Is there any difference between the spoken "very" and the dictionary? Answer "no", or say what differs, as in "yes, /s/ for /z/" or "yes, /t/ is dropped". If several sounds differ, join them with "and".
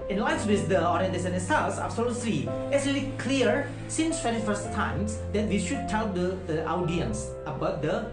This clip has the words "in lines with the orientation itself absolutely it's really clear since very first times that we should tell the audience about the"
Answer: yes, /f/ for /v/